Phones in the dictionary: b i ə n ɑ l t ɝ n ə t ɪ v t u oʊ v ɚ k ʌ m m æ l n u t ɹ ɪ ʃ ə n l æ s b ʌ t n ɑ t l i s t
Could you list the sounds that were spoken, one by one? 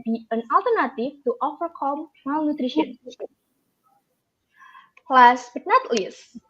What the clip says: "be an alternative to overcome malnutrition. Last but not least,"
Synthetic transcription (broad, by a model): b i ə n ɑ l t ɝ n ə t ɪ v t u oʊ f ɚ k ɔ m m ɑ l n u t ɹ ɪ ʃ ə n l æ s b ʌ t n ɑ t l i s